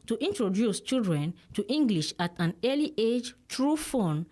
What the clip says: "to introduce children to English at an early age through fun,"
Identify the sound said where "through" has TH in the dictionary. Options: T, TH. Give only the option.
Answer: T